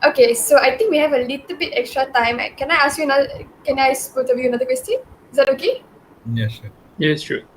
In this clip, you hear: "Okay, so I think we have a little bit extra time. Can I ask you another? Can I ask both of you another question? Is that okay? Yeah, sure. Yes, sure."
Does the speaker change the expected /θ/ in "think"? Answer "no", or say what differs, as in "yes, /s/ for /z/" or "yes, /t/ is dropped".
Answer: yes, /t/ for /θ/